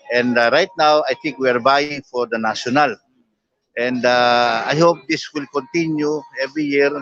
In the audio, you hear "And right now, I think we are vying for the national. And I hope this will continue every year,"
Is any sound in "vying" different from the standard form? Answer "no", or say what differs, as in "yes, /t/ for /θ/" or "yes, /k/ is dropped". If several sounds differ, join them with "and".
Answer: yes, /b/ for /v/